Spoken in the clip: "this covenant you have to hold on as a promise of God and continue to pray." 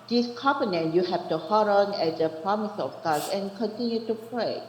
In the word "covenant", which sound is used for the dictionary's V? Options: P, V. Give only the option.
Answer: P